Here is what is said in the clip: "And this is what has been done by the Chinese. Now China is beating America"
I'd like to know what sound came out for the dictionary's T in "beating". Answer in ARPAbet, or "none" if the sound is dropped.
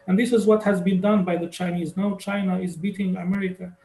T